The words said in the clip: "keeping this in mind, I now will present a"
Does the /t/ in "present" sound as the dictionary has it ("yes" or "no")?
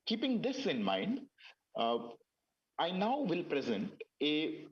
yes